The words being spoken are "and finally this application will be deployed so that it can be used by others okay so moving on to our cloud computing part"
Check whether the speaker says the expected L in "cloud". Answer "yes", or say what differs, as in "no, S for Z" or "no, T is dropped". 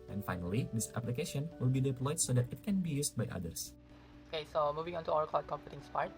no, L is dropped